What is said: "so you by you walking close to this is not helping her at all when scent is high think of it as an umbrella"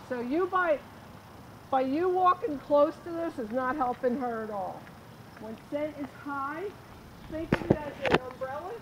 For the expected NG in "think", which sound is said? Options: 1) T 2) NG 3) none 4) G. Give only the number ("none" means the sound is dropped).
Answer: 3